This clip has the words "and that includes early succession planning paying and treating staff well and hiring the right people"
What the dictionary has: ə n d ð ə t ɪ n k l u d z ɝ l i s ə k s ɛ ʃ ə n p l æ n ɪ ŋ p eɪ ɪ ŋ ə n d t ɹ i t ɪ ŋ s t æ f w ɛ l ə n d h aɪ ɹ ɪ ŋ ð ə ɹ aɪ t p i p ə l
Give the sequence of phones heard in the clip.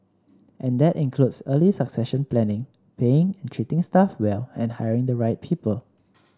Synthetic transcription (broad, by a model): ə n d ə t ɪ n k l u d s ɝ l i s ə k s ɛ ʃ ə n p l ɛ n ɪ ŋ p eɪ ɪ ŋ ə n t ɹ i t ɪ ŋ s t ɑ f w ɛ l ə n h aɪ ɹ ɪ ŋ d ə ɹ aɪ t p i p ə l